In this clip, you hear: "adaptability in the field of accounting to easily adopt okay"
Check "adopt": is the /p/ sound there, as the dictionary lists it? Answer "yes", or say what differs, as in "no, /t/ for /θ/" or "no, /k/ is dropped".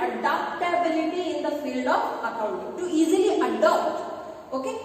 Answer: no, /p/ is dropped